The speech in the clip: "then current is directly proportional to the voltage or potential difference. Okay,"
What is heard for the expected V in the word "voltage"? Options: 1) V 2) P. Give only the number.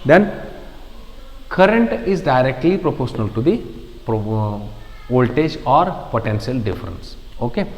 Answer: 2